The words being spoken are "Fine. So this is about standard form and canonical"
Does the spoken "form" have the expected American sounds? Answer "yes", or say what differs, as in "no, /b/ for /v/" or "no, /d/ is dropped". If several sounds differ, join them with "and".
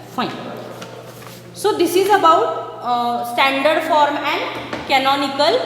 yes